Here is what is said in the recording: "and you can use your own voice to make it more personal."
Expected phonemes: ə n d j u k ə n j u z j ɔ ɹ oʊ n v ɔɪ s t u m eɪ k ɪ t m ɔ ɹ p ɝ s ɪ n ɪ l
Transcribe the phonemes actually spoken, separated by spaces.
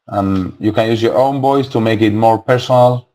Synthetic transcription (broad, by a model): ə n j u k ə n j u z j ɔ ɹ oʊ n b ɔɪ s t u m eɪ k ɪ t m ɔ ɹ p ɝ s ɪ n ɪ l